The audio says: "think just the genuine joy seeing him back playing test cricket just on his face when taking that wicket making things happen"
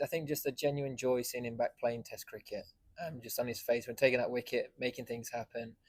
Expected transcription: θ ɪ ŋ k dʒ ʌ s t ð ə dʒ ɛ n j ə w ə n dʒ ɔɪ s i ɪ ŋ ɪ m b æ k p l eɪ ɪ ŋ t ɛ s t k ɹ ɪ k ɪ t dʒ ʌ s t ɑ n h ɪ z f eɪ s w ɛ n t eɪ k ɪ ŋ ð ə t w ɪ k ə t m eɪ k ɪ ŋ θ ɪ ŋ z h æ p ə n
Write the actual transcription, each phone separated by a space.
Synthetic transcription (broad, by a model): θ ɪ ŋ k dʒ ʌ s t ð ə dʒ ɛ n j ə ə n dʒ ɔɪ s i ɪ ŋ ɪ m b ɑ k p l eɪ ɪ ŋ t ɛ s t k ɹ ɪ k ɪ t dʒ ʌ s t n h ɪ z f eɪ s w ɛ n t eɪ k ɪ ŋ ð ə t w ɪ k ə t m eɪ k ɪ ŋ θ ɪ ŋ z h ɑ p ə n